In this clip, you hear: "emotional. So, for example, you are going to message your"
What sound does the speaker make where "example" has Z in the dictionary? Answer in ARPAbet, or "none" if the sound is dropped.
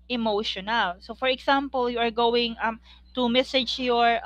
S